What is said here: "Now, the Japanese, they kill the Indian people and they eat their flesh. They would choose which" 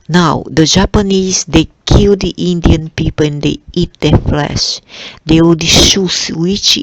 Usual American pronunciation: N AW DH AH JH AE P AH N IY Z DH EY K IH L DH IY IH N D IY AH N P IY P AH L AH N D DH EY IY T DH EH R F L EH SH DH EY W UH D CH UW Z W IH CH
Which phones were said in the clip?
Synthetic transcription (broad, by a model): N AW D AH JH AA P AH N IY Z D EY K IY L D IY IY N D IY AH N P IY P AH L AH N D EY IY T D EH F L EH SH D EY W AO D SH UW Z W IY CH